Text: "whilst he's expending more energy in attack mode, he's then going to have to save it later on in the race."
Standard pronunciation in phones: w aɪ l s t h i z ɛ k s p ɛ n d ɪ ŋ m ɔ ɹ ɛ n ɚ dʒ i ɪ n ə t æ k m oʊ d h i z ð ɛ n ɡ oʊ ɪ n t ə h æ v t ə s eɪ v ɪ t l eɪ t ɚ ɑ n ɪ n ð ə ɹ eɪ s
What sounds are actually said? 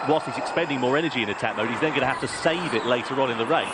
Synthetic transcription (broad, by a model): w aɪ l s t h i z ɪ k s p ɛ n d ɪ ŋ m ɔ ɹ ɛ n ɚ dʒ i ɪ n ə t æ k m oʊ d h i z ð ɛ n ɡ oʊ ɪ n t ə h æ f t ə s eɪ v ɪ t l eɪ t ɚ ɑ n ɪ n ð ə ɹ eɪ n